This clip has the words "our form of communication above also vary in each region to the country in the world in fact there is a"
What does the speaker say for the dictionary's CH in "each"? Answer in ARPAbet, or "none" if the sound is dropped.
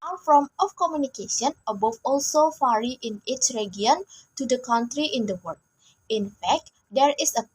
CH